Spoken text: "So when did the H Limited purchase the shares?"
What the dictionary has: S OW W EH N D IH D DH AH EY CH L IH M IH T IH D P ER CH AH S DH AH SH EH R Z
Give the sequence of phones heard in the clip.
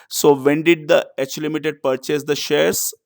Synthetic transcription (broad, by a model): S OW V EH N D IH D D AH EY CH L IH M IH T IH D P ER CH AH S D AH SH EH R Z